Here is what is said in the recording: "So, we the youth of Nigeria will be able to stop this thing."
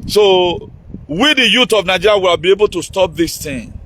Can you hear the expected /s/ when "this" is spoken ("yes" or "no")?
yes